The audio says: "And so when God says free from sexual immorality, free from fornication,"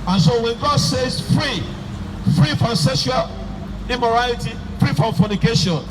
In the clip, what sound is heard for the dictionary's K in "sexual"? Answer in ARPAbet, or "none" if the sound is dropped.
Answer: none